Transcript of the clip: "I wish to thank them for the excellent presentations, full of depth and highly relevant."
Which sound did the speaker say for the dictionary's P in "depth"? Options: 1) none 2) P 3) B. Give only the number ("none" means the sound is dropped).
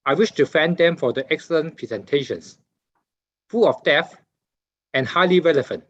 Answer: 1